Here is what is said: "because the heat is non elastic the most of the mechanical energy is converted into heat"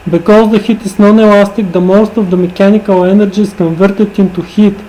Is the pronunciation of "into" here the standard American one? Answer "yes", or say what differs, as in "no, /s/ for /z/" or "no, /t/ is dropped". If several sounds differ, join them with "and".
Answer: yes